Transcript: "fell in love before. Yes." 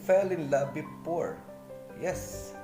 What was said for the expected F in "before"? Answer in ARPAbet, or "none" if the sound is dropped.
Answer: P